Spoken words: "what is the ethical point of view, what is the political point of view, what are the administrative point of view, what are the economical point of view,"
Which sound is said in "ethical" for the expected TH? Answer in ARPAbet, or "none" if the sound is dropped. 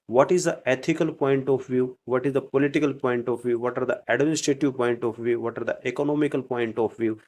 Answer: T